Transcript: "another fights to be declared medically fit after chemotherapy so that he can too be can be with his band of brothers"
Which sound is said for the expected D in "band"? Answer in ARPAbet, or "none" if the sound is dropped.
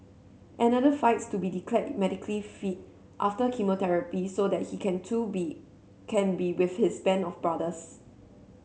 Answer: none